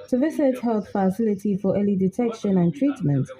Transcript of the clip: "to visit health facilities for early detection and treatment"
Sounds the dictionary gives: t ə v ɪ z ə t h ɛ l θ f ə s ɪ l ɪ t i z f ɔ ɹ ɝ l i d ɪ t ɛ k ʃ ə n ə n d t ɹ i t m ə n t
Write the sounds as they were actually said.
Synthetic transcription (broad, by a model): t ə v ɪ s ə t h ɛ l θ f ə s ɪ l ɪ t i f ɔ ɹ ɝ l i d ɪ t ɛ k ʃ ə n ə n t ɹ i t m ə n t